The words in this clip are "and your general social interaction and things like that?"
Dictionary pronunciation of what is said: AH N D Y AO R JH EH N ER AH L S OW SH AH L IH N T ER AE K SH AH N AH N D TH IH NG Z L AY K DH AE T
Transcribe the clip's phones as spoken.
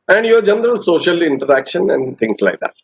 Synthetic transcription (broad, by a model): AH N D Y AO R JH EH N ER AH L S OW SH AH L IH N T ER AE K SH AH N AH N D T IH NG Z L AY K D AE T